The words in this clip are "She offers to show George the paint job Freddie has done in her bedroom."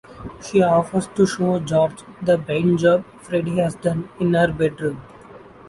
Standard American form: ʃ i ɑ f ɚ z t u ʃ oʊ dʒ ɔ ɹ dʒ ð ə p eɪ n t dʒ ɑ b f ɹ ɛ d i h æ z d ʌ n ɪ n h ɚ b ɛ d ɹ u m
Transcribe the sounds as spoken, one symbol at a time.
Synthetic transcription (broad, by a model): ʃ i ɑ f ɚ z t u ʃ oʊ dʒ ɔ ɹ dʒ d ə b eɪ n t dʒ ɑ b f ɹ ɛ d i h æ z d ʌ n ɪ n h ɚ b ɛ d ɹ u m